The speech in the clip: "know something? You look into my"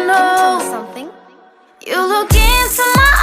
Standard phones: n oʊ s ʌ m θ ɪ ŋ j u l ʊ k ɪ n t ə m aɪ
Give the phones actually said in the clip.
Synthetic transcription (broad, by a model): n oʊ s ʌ m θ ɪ ŋ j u l ʊ k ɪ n s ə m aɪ